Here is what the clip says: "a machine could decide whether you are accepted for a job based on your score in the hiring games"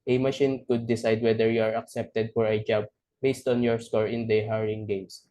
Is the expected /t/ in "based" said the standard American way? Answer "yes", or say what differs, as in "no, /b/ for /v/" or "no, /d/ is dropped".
yes